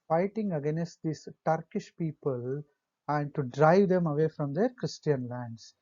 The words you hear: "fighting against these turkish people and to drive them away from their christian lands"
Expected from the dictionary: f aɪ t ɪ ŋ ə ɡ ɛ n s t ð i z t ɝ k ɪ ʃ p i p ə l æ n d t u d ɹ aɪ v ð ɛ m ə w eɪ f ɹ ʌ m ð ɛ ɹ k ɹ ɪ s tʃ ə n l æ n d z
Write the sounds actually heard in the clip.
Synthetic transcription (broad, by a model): f aɪ t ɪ ŋ ə ɡ ɛ n s t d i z t ɝ k ɪ ʃ p i p ə l æ n d t u d ɹ aɪ v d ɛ m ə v eɪ f ɹ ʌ m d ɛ ɹ k ɹ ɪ s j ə n l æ n d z